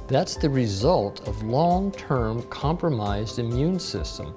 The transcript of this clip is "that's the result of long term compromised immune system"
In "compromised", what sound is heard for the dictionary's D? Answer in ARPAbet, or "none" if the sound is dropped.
D